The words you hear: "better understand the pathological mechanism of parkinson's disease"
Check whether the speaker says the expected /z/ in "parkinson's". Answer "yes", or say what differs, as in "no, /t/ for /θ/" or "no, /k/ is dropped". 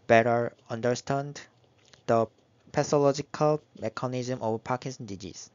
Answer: no, /z/ is dropped